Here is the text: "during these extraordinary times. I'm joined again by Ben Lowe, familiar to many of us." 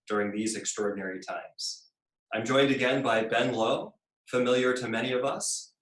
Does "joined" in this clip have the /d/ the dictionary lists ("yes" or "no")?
yes